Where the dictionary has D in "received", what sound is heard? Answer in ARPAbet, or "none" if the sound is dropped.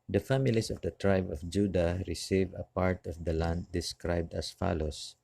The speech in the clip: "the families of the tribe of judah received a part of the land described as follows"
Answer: none